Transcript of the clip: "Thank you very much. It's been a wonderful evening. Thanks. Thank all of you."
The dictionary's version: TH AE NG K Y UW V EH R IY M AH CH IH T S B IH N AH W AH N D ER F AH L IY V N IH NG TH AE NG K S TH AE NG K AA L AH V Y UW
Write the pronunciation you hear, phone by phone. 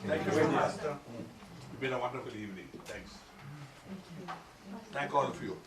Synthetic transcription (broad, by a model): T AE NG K Y UW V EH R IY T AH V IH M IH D AH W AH N D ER F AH L IY V N IH NG T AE NG K S T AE NG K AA L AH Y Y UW